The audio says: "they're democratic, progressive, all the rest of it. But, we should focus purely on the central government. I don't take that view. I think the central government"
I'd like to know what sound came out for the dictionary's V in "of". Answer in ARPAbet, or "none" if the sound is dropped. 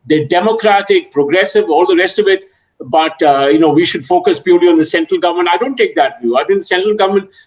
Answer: V